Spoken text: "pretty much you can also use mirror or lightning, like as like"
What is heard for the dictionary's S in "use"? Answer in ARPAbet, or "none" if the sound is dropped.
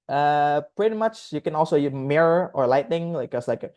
none